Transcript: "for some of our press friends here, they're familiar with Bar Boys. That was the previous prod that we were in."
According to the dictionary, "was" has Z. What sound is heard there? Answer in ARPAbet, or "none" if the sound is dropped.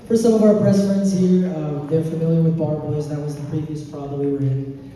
Z